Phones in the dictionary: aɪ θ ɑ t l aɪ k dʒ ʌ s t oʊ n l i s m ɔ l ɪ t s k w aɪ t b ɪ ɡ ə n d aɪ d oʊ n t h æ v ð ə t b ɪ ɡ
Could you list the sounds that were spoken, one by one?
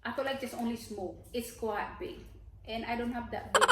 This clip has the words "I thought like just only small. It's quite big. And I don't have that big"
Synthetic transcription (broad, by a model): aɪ f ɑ l aɪ k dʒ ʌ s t oʊ n l i s m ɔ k ɪ t s k w aɪ t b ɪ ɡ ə n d aɪ d oʊ n t h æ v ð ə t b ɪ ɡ